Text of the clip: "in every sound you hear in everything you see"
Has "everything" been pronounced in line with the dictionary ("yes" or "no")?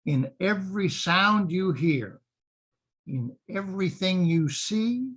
yes